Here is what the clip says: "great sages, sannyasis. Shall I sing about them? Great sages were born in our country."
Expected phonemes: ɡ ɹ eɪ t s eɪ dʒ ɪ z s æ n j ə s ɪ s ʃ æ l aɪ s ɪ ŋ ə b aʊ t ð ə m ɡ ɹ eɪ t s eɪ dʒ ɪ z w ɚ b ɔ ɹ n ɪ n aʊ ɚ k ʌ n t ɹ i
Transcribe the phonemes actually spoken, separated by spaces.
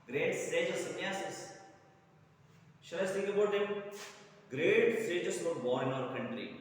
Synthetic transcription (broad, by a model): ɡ ɹ eɪ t s eɪ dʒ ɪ s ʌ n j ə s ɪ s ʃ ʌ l aɪ s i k ə b aʊ t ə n ɡ ɹ eɪ t s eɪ dʒ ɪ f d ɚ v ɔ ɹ ɪ n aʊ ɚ k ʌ n t ɹ i